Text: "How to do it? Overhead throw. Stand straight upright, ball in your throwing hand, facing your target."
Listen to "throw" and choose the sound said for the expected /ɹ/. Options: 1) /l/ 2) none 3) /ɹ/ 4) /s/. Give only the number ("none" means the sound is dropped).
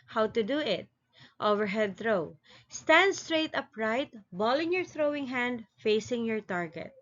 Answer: 3